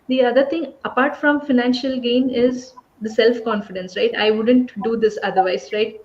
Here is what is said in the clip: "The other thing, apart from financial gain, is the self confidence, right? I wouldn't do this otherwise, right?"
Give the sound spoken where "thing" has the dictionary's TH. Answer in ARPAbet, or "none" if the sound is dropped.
T